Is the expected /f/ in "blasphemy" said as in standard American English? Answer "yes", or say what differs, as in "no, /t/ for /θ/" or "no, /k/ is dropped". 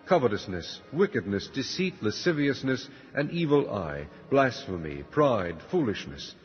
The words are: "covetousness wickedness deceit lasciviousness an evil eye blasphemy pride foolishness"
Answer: yes